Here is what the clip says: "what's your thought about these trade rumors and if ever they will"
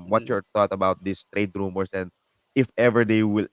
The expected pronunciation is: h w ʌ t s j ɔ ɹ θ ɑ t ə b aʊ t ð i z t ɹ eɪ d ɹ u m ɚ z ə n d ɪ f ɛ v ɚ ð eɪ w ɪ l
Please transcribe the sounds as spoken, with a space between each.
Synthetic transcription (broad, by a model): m w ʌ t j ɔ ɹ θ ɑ t ə b aʊ t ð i s t ɹ eɪ d ɹ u m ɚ s ə n d ɪ f ɛ v ɚ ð eɪ w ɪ l